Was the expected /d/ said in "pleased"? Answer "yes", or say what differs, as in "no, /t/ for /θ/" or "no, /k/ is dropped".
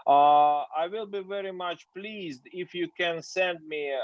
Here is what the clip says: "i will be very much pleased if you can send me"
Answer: yes